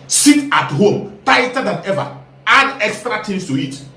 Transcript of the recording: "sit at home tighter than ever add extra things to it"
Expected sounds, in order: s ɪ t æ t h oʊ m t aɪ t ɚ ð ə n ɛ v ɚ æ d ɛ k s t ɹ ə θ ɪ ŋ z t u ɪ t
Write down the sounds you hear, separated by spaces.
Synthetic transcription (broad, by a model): s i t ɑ t h oʊ m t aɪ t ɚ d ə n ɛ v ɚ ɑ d ɛ k s t ɹ ə t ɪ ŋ s t u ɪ t